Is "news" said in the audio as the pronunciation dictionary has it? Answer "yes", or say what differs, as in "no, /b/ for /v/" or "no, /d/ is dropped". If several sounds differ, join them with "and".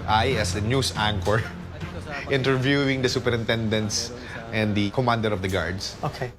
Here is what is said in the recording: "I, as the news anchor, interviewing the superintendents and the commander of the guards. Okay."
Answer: no, /s/ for /z/